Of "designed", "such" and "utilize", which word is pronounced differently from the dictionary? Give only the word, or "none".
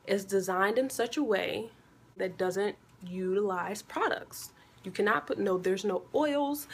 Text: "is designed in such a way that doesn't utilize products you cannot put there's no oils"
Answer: none